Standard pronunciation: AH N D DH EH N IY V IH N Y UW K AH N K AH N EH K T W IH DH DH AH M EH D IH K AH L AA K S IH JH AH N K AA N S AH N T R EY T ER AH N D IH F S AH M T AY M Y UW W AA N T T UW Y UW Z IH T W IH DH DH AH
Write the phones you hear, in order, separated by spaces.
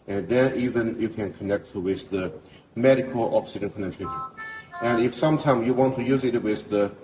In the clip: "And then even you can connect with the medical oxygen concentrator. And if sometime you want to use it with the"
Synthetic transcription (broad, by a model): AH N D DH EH N IY V IH N Y UW K AH N K AH N EH K T W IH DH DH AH M EH D IH K AH L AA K S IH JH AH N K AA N AH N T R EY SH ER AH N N IH F S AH M T AY M Y UW W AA N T T UW Y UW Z IH T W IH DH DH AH